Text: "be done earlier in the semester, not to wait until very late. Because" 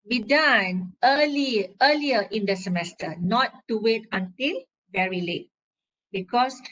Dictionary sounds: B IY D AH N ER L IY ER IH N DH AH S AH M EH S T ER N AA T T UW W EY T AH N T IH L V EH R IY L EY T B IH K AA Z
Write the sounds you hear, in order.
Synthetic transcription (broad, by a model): B IY D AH L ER L IY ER IH N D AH S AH M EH S T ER N AA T T UW W EY T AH N T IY L V EH R IY L EY T B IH K AA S